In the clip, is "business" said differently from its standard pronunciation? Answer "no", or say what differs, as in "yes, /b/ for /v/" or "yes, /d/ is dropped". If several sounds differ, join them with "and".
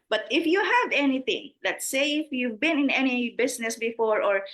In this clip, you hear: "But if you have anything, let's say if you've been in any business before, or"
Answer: yes, /s/ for /z/